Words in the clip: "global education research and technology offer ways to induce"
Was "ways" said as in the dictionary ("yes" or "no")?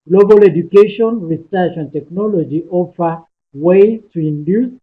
no